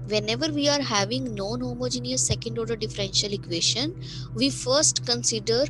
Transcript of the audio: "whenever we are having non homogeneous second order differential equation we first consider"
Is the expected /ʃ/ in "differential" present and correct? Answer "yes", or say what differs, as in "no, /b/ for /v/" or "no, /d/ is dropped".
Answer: yes